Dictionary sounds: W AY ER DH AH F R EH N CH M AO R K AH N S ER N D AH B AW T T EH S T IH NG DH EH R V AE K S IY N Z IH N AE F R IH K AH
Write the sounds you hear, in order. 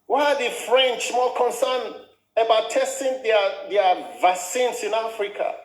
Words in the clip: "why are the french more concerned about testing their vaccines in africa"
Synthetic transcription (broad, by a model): W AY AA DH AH F R EH N CH M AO L K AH N S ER N AH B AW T T EH S T IH NG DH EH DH V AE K S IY N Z IH N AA F R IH K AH